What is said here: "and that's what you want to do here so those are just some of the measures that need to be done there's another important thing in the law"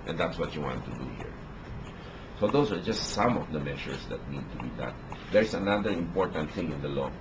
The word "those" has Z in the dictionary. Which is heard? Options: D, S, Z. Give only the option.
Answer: S